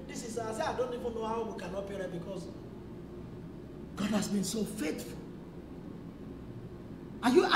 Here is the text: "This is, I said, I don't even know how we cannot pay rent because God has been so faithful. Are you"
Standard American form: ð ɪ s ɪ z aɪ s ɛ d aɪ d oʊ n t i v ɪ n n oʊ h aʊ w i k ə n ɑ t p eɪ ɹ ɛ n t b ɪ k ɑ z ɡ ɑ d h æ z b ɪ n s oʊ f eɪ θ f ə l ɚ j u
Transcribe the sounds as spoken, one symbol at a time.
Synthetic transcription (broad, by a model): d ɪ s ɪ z aɪ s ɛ aɪ d oʊ n t i v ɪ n n oʊ h aʊ w i k ə n ɑ t p eɪ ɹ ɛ b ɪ k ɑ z ɡ ɑ d h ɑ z b ɪ n s oʊ f eɪ t f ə l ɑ j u